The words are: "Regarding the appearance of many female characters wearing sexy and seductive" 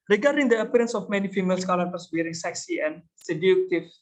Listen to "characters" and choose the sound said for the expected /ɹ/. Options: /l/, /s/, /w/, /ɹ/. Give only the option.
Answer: /l/